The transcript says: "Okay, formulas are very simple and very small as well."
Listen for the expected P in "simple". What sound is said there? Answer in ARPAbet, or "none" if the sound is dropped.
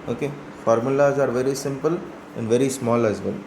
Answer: P